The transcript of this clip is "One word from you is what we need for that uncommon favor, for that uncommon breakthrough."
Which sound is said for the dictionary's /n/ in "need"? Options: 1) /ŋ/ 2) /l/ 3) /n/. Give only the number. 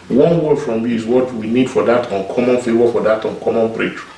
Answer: 3